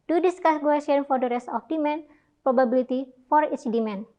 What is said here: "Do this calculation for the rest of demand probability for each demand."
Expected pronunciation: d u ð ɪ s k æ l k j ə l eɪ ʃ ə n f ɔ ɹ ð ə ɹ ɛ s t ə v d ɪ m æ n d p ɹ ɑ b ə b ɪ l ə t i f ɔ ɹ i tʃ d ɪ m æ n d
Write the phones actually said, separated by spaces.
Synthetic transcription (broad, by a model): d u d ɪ s k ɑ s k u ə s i ə n f ɔ ɹ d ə ɹ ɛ s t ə f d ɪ m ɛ n p ɹ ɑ b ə b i l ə t i f ɔ ɹ i tʃ d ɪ m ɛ n